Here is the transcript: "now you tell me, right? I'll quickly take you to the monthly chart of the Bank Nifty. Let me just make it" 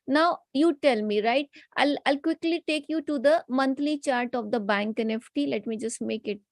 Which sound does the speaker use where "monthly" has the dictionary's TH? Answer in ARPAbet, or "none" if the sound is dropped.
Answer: T